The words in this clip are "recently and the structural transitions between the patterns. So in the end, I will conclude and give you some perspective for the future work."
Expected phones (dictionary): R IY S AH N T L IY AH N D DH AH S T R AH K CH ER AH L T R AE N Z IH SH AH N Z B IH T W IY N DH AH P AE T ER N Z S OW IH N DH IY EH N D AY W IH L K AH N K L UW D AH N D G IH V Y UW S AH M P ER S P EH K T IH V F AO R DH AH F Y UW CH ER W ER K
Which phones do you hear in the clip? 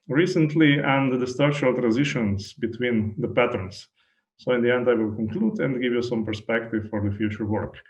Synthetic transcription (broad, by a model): R IY S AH N T L IY AH N D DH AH S T AH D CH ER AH L T R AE N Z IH SH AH N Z B IH T W IY N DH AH P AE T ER N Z S OW IH N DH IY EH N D AY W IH L K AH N K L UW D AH N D G IH V Y UW S AH M P ER S P EH K T IH V F AO R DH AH F Y UW CH ER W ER K